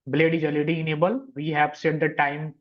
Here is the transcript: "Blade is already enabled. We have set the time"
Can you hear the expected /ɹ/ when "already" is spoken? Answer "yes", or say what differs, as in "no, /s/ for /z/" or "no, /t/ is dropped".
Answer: no, /ɹ/ is dropped